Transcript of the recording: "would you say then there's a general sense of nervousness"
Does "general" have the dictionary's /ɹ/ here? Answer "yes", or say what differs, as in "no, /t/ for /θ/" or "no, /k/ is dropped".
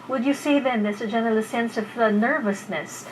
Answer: no, /l/ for /ɹ/